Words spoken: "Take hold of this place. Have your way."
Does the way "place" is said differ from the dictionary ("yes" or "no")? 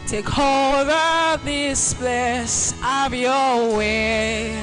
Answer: yes